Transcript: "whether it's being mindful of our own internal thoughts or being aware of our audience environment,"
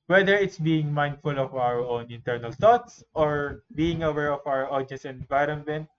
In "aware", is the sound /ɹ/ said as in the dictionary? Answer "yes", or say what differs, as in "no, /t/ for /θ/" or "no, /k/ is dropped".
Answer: yes